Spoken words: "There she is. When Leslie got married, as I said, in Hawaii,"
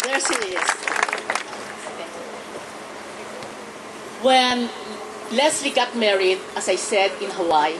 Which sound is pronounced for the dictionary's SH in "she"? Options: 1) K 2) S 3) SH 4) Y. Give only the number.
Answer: 2